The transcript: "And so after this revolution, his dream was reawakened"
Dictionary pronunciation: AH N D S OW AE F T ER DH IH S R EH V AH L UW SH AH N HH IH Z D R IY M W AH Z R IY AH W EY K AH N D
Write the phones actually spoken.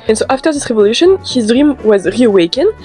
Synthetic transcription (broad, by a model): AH N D S OW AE F T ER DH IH S R EH V AH L UW SH AH N HH IH Z D R IY M W AH Z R IY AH W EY K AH N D